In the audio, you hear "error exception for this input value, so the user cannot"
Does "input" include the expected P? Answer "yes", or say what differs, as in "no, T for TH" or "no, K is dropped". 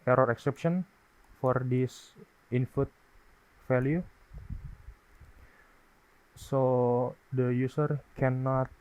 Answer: no, F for P